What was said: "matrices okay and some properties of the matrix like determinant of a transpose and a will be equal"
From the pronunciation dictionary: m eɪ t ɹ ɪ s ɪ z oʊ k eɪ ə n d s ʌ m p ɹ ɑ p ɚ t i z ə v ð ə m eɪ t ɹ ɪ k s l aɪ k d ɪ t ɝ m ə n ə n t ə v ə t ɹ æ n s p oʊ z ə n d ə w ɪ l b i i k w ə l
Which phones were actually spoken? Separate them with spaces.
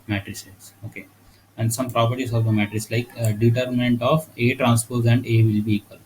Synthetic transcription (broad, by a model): m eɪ t ɹ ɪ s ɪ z oʊ k eɪ ə n d s ʌ m p ɹ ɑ p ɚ t i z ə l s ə m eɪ t ɹ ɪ s l aɪ k d ɪ t ɝ m ə n ə n t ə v ə t ɹ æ n s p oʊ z ə n d ə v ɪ l b i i k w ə l